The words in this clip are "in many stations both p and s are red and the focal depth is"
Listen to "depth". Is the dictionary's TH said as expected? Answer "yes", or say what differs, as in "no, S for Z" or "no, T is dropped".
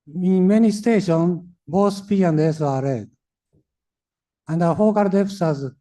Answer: no, S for TH